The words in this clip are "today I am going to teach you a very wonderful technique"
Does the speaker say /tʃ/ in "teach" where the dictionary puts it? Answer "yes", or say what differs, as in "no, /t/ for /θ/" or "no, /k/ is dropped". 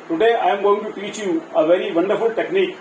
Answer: yes